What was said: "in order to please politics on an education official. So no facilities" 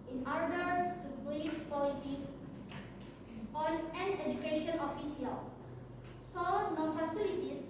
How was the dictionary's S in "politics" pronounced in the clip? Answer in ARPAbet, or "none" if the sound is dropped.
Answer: none